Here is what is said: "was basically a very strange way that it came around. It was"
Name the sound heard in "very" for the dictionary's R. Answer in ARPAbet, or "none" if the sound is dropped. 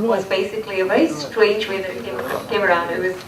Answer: none